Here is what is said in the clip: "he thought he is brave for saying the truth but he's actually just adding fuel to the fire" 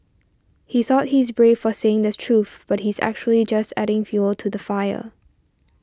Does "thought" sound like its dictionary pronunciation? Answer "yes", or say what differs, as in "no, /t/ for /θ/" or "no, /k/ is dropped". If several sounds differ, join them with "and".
yes